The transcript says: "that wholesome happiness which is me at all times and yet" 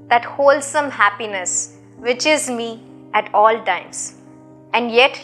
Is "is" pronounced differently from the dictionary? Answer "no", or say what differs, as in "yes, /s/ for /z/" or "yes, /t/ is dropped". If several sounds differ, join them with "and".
no